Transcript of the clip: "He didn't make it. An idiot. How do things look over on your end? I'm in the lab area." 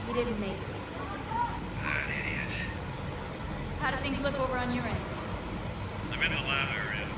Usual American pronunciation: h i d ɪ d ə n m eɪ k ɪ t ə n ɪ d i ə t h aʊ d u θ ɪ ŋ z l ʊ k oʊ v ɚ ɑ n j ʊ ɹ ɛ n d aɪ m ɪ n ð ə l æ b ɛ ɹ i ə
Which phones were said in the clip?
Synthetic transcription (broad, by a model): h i d ɪ d n m eɪ k ɪ t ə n ɪ d i ə t h aʊ d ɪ θ ɪ ŋ z l ʊ k oʊ v ɚ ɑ n j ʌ ɹ ɛ n d aɪ m ɪ n ð ə l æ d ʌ ɹ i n